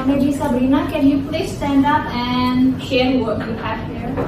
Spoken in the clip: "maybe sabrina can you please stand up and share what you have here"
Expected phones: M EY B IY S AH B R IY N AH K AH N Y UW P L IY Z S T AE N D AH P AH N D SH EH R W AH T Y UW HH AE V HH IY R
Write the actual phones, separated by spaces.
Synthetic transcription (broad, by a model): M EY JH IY S AH B R IY N AH K AH N Y UW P L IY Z S T AE N D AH P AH N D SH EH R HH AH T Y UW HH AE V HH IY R